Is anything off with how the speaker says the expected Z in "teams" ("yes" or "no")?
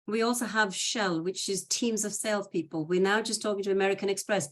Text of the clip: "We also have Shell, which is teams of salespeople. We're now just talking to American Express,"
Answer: no